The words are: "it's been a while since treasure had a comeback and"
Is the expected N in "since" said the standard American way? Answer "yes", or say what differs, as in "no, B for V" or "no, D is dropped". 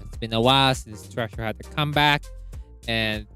no, N is dropped